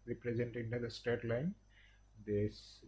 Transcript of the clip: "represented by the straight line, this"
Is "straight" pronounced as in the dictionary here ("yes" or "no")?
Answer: no